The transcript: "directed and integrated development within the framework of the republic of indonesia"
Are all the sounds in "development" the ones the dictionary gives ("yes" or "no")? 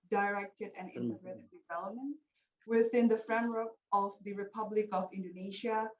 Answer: yes